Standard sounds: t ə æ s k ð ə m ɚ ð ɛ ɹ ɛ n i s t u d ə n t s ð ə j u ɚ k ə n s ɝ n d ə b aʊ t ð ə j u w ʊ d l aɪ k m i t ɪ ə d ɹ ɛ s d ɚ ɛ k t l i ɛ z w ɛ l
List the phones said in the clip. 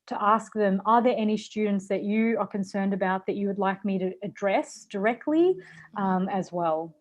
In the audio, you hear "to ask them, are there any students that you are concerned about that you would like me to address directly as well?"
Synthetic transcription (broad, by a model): t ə æ s k ð ə m ɚ ð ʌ ɹ ɛ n i s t u d n t s ð ə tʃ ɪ ɚ k ə n s ɝ n d ə b aʊ t ð ə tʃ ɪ w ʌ d l aɪ k m i t ɪ d ɹ ɛ s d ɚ ɛ k t l i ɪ z w ɛ l